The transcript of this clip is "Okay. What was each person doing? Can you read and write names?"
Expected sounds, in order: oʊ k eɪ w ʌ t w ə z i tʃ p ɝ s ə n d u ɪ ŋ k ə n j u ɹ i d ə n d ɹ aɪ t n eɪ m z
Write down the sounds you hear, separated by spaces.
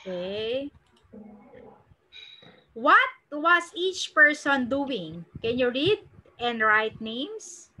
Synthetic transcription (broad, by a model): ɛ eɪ w ʌ t w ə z i tʃ p ɝ s ə n d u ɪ ŋ k ə n j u ɹ i d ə n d ɹ aɪ t n eɪ m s